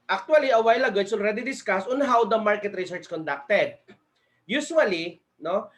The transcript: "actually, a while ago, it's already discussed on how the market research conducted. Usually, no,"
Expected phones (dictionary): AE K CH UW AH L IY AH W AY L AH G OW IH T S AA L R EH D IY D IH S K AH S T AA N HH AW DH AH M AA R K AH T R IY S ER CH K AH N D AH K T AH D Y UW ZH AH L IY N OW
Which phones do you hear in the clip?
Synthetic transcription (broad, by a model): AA K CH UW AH L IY AH W AY L AH G OW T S AA L R EH D IY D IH S K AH S AA N HH AW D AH M AA R K AH T R IY S ER CH K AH N D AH K T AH D Y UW SH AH L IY N OW